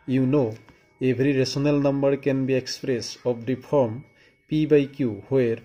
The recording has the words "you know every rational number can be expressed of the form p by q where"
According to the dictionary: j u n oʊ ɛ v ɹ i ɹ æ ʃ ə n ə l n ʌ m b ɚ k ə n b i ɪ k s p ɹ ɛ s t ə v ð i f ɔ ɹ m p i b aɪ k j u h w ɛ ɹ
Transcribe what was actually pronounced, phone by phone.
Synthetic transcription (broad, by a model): j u n oʊ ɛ b ɹ i ɹ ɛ s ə n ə l n ʌ m b ɚ k ə n b i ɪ k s p ɹ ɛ s ə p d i p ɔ ɹ m p i b aɪ k j u h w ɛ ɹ